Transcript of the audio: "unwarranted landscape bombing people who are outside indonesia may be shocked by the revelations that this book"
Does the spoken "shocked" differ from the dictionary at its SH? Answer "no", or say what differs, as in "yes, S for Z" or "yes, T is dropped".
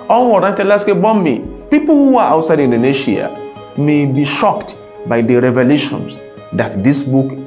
no